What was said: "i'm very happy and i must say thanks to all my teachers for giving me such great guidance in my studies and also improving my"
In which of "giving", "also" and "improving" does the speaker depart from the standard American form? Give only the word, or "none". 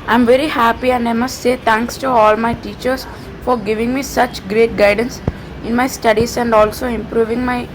none